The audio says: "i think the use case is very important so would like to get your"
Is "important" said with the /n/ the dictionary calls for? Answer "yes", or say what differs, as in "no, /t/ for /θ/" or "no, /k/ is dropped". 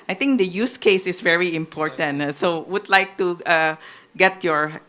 yes